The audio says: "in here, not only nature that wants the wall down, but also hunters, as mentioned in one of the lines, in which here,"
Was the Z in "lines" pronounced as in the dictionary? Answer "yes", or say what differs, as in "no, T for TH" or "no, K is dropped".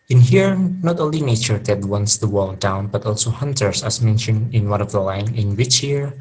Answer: no, Z is dropped